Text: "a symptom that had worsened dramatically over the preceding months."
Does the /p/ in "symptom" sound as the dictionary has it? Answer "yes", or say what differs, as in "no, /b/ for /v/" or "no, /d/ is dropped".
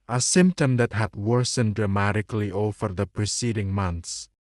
yes